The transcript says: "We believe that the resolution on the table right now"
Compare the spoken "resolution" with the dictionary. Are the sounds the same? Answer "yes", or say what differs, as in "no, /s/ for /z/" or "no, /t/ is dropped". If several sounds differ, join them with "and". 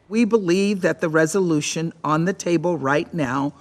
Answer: yes